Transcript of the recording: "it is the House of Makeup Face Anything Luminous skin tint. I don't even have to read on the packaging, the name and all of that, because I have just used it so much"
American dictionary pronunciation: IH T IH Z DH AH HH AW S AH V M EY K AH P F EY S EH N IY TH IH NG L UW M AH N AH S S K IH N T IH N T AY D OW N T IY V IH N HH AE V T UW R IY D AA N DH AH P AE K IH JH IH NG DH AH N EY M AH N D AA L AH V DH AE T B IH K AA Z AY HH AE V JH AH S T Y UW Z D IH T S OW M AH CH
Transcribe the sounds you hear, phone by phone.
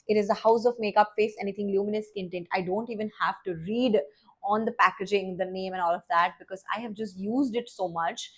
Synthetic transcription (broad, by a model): IH T IH Z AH HH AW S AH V M EY K AH P F EY S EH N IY T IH NG L UW M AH N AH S S IH N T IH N T AY D OW N T IY V IH N HH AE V T UW R IY D AA N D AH P AE K IH JH IH NG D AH N EY M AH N AA L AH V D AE T B IH K AA Z AY HH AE V JH AH S T Y UW Z D IH T S OW M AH CH